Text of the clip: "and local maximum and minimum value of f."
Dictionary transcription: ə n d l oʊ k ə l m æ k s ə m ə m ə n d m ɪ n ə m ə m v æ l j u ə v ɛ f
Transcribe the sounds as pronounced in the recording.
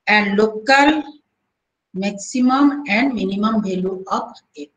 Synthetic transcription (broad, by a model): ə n d l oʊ k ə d m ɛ k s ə m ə m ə n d m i n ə m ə m b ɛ l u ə p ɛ